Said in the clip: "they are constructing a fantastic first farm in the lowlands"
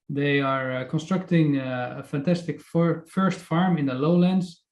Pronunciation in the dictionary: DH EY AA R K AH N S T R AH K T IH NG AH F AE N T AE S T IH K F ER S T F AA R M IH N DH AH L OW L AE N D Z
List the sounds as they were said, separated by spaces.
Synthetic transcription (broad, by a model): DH EY AA R K AH N S T R AH K T IH NG AH F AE N T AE S T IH K F ER S T F AA R M IH N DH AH L OW L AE N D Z